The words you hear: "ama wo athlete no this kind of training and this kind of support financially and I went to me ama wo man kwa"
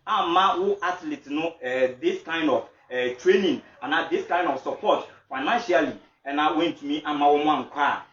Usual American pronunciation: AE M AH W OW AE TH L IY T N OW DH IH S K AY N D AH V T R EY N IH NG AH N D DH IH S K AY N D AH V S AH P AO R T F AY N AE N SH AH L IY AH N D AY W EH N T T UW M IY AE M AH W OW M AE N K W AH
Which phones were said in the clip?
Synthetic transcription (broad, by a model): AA M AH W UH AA T L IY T N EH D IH S K AY N D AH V T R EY N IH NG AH N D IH S K AY N D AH F S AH P AO T F AY N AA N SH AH L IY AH N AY W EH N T T UW M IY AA M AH W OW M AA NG K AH